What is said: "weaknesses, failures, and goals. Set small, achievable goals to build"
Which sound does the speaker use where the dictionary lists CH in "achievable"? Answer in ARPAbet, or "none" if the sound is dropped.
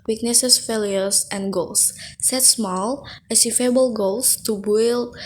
S